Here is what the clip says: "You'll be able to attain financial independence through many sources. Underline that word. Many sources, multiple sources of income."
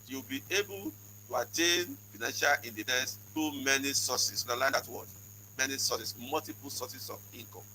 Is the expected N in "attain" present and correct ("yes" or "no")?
yes